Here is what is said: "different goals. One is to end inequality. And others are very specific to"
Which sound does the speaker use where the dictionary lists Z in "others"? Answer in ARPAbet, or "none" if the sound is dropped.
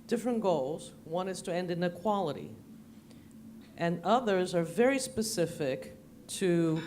Z